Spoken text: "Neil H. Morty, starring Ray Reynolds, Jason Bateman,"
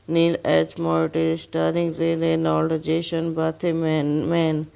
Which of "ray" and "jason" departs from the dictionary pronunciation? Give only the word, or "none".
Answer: jason